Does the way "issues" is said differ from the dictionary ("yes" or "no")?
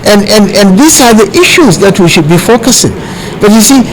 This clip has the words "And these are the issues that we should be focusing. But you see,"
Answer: no